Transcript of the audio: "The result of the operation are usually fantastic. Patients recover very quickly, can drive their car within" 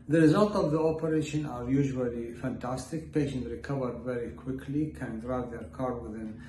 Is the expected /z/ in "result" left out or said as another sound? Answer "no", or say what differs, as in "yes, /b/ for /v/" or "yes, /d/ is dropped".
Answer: no